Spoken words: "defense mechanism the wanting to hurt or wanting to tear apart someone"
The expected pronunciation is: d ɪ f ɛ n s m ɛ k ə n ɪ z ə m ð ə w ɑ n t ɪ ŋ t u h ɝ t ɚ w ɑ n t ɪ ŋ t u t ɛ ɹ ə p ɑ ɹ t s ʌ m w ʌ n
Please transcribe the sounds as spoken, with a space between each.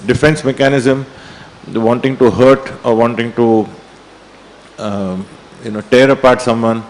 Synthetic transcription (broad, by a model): d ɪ f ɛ n s m ɛ k ə n ɪ z ə m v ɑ n t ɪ ŋ t u h ɝ t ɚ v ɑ n t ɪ ŋ t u t ɛ ɹ ə p ɑ ɹ t s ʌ m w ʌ n